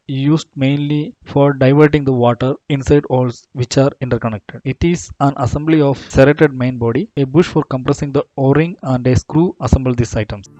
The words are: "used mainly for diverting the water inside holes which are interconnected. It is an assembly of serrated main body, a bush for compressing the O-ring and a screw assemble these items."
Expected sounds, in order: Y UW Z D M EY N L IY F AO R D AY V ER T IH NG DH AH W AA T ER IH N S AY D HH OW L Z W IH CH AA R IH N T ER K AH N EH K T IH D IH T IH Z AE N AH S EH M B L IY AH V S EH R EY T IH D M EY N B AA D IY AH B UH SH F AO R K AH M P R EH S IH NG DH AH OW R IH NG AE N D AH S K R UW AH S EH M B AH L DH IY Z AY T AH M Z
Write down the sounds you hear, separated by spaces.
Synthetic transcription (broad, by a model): Y UW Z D M EY N L IY F AO R D AY V ER T IH NG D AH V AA T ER IH N S AY D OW L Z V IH CH AA R IH N T ER K AH N EH K T IH D IH T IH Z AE N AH S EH M B L IY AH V S EH R EY T IH D M EY N B AA D IY AH B UH SH F AO R K AH M P R EH S IH NG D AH OW R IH NG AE N D AH S K R UW AH S EH M B AH L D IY S AY T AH M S